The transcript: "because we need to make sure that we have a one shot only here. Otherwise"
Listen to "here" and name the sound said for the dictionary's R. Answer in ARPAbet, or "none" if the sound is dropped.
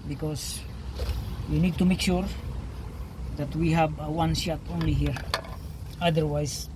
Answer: R